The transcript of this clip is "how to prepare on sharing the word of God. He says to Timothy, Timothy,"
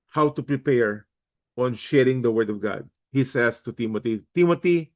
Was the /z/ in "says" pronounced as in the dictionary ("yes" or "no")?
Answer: no